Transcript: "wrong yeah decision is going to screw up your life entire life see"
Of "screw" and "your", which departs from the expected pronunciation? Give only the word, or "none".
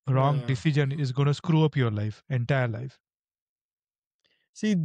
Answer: none